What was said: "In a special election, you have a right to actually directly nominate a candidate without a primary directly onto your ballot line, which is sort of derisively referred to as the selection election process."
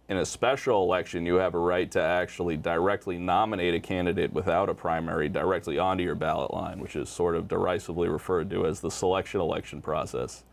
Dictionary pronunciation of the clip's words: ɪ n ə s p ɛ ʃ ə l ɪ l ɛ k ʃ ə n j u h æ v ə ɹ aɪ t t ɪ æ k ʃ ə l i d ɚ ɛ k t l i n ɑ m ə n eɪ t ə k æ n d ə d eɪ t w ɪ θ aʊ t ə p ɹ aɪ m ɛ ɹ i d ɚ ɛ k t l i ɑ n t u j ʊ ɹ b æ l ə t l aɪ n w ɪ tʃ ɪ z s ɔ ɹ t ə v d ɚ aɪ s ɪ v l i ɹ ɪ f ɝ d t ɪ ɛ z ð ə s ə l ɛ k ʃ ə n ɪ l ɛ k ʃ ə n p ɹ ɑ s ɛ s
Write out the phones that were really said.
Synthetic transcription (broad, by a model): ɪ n ə s p ɛ ʃ l ɪ l ɛ k ʃ ə n j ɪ v ə ɹ aɪ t t ɪ æ k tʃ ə l i d ɚ ɛ k t l i n ɑ m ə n eɪ t ə k æ n d ə d eɪ t w ɪ θ aʊ t ə p ɹ aɪ m ɛ ɹ i d ɚ ɛ k t l i ɑ n t u j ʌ ɹ b æ l ə t l aɪ n w ɪ tʃ ɪ z s ɔ ɹ t ə v d ɚ aɪ s ɪ v l i ɹ ɪ f ɝ d t ɪ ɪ z ð ə s ə l ɛ k ʃ ə n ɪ l ɛ k ʃ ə n p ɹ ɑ s ɛ s